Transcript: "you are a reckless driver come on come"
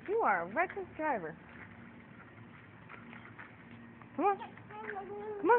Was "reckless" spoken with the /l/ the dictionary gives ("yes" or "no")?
no